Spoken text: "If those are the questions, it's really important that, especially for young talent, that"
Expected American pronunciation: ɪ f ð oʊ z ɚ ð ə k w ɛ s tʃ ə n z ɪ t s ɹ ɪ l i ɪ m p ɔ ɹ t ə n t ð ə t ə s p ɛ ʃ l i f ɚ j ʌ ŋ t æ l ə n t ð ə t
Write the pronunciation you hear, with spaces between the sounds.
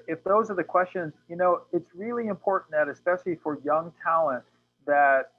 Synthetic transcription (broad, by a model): ɪ f ð oʊ z ɚ ð ə k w ɛ s tʃ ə n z ɪ t s ɹ ɪ l i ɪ m p ɔ ɹ t n ð ə t ə s p ɛ ʃ l i f ɚ j ʌ ŋ t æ l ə n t ð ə t